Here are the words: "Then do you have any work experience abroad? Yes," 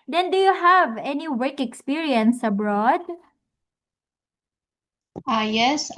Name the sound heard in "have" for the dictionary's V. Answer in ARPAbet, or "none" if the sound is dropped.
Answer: V